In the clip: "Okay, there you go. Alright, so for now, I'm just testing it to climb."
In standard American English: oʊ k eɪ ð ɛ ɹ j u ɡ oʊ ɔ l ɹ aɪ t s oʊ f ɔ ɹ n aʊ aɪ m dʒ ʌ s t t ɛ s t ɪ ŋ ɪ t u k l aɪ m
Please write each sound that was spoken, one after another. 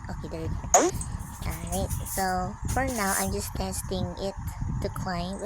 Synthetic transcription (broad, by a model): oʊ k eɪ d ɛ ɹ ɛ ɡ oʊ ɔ ɹ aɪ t s oʊ f ɔ ɹ n aʊ aɪ m dʒ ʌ s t t ɛ s t ɪ ŋ ɪ t u k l aɪ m